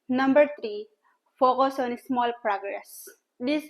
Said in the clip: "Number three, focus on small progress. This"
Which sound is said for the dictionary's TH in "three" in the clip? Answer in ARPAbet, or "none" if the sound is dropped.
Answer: T